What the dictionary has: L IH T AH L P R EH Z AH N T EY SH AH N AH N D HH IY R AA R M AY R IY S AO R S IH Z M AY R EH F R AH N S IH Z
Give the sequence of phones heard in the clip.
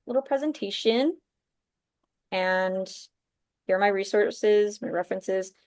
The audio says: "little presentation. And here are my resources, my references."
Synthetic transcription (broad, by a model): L IH T L P R EH Z AH N T EY SH AH N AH N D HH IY R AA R M AY R IY S AO R S IH Z M AY R EH F R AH N S IH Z